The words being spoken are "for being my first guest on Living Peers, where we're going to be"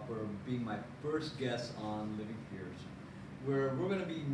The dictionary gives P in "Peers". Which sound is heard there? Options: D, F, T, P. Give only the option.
F